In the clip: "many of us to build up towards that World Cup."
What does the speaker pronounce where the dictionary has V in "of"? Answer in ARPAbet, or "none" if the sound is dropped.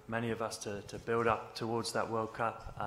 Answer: V